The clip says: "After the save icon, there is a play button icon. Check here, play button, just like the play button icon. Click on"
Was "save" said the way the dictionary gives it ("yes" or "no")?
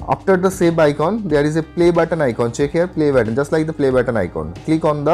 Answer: no